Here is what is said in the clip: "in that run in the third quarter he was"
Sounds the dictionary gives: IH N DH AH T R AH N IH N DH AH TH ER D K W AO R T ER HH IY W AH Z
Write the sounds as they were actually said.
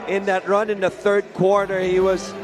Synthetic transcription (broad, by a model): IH N DH AH T R AH N IH N DH AH TH ER D K W AO R T ER HH IY W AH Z